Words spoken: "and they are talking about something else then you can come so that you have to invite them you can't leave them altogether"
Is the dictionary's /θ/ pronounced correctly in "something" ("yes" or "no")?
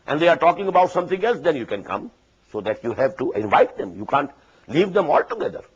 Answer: no